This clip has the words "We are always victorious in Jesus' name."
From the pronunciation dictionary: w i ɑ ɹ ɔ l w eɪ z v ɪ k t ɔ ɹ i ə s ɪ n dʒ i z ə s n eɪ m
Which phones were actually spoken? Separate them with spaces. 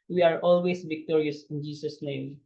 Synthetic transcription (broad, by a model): w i ɑ ɹ ɔ l w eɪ s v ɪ k t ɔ ɹ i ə s ɪ n dʒ i s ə s n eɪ m